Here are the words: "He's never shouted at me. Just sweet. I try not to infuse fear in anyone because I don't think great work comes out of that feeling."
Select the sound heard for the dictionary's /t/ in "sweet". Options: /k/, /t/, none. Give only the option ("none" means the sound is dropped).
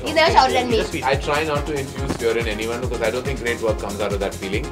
none